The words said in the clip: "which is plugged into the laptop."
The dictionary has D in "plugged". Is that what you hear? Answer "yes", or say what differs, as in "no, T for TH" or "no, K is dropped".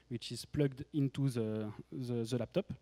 yes